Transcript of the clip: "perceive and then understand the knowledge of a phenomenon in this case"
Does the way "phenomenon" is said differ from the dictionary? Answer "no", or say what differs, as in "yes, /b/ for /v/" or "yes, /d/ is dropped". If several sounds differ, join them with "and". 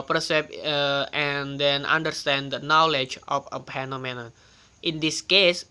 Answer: yes, /p/ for /f/